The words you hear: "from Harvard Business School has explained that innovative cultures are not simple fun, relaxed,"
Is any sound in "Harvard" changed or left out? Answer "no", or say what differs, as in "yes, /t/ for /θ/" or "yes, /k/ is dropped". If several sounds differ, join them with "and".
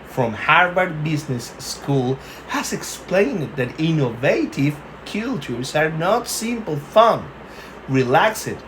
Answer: yes, /b/ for /v/